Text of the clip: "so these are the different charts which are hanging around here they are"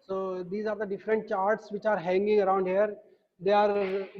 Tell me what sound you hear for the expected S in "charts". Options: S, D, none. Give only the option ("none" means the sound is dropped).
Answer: S